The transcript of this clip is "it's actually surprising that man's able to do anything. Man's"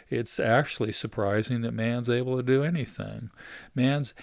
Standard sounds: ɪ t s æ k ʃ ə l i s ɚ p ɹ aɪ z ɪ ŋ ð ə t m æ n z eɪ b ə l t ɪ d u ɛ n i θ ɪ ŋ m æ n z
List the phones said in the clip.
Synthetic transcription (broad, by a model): ɪ t s æ k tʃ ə l i s ɚ p ɹ aɪ z ɪ ŋ ð ə t m æ n z eɪ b l t ɪ d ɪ ɛ n i θ ɪ ŋ m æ n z